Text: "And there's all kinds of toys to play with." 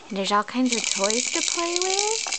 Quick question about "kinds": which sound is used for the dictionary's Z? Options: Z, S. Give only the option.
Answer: Z